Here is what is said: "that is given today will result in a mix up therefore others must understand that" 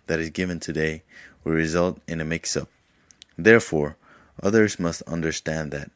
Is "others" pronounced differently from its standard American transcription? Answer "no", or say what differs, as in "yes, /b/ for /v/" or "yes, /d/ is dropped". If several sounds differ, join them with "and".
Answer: no